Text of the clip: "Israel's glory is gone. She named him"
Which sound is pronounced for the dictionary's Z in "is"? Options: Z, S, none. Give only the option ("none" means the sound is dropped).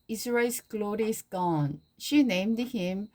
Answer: S